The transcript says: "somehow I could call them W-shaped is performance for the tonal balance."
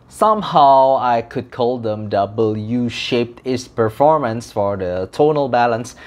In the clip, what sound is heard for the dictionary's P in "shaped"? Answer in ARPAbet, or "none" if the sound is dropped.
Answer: P